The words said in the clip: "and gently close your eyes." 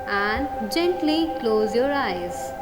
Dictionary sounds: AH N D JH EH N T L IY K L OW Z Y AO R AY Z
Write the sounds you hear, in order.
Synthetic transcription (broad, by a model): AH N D JH EH N T L IY K L OW Z Y AO R AY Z